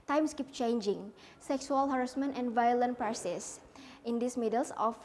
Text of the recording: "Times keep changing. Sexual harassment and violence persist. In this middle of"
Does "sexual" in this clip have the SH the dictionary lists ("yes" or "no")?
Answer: no